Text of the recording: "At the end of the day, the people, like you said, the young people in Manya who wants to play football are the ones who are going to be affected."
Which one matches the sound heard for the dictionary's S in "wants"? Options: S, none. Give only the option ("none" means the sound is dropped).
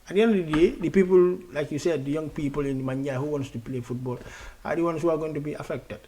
S